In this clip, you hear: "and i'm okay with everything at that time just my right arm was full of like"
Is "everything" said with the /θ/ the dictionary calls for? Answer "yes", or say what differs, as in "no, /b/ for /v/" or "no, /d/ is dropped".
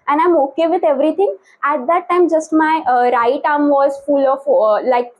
no, /t/ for /θ/